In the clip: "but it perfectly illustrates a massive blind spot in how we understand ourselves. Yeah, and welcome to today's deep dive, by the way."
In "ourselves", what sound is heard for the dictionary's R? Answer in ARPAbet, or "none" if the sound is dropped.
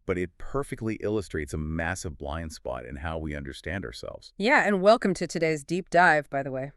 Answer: R